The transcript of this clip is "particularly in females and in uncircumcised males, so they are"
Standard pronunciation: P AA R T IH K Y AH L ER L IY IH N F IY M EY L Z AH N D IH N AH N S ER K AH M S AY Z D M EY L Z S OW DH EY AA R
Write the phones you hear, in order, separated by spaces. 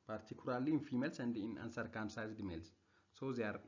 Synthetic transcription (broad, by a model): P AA R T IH K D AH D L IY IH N F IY M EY L S AH N D IH N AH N S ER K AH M S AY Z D M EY L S S OW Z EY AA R